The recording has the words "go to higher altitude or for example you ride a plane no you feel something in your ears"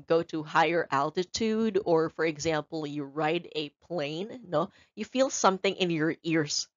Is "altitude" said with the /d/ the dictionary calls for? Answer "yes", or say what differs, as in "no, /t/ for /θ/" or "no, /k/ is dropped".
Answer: yes